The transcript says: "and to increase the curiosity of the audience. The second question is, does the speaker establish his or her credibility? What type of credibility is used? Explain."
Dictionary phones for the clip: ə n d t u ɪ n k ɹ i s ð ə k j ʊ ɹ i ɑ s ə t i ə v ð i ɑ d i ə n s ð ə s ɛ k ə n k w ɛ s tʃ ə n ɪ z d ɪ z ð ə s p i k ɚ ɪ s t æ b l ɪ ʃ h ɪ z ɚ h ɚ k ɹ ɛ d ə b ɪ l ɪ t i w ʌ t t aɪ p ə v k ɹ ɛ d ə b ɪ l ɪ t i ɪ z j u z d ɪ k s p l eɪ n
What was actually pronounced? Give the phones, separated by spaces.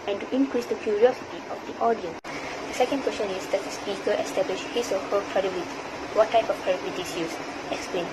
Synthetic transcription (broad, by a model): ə n t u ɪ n k ɹ i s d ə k j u ɹ i ɑ s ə t i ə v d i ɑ d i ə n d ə s ɛ k ə n k w ɛ s tʃ ə n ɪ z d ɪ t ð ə s p i k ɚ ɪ s t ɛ b l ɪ ʃ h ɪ s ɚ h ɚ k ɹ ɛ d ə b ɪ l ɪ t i w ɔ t t aɪ p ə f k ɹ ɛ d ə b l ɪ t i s j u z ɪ k s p l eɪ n